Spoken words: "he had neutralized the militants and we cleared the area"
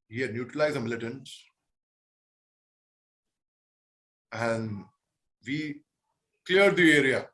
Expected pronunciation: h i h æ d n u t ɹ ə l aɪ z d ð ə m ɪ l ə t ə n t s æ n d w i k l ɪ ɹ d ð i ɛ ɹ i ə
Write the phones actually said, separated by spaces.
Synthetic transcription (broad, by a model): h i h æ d n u t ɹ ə l aɪ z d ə m ɪ l ə t ə n t s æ n d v i k l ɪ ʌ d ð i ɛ ɹ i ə